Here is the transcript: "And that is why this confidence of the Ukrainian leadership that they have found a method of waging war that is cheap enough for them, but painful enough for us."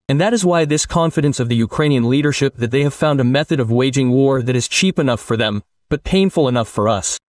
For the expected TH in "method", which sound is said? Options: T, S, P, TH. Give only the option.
TH